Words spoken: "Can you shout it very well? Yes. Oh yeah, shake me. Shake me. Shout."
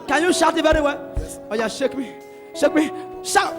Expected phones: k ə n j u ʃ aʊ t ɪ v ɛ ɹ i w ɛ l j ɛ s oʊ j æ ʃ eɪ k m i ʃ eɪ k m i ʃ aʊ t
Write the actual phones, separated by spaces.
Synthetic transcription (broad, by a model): k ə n j u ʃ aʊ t ɪ v ɛ ɹ i w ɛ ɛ oʊ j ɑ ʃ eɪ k m i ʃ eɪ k m i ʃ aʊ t